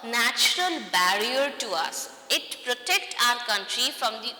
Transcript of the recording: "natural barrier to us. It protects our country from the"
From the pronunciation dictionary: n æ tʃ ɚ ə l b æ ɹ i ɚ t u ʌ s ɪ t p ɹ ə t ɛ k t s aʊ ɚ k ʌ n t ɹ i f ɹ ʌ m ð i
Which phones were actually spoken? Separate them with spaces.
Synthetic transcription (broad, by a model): n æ tʃ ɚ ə l b æ ɹ i ɚ t u ʌ s ɪ t p ɹ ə t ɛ k t aʊ ɚ k ʌ n t ɹ i f ɹ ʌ m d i